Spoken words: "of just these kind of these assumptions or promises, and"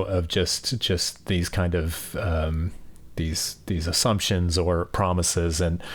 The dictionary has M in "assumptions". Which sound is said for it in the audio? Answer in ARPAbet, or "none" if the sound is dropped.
M